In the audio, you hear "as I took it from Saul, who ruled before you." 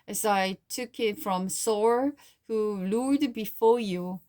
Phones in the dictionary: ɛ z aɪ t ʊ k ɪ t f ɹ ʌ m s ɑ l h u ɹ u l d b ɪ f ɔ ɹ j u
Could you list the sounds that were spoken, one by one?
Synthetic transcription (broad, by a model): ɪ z aɪ t ʊ k ɪ t f ɹ ʌ m s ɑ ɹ h u l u d b ɪ f ɔ ɹ j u